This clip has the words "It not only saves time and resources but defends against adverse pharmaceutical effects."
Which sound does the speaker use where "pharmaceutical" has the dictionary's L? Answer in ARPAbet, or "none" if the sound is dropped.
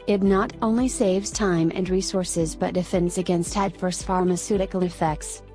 N